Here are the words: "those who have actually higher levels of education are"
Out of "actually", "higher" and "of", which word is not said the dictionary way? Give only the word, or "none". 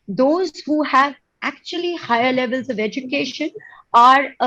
none